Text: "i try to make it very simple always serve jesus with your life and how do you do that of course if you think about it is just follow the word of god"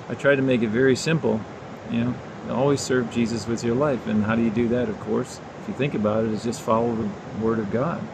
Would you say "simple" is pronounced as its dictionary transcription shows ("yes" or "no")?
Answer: no